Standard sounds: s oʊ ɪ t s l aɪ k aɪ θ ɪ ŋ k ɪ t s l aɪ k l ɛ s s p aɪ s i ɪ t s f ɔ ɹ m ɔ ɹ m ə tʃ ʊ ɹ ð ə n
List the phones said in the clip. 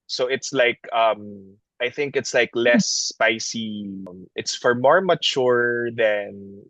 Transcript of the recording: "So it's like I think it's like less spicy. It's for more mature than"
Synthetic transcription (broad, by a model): s oʊ ɪ t s l aɪ k aɪ θ ɪ ŋ k ɪ t s l aɪ k l ɛ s s p aɪ s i ɪ t s f ɔ ɹ m ɔ ɹ m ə tʃ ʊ ɹ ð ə n